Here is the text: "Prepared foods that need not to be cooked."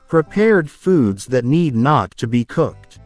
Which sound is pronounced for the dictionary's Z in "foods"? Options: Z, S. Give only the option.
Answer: Z